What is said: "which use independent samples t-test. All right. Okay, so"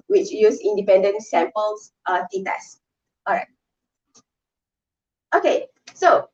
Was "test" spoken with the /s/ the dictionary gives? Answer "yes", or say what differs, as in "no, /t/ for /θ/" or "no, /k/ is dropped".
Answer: no, /s/ is dropped